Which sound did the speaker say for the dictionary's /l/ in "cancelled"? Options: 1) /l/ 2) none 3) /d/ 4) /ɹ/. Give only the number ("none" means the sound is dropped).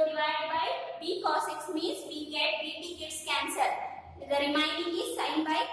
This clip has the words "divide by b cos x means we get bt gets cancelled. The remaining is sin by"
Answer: 2